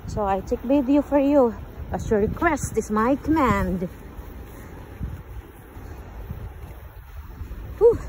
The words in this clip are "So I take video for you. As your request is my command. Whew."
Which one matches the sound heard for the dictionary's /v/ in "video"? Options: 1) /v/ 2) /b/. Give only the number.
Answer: 2